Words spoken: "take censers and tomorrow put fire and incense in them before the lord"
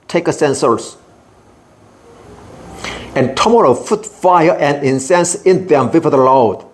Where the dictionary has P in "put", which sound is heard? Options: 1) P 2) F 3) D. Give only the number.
2